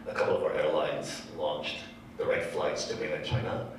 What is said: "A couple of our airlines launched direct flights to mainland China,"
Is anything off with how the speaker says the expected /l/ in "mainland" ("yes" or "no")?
yes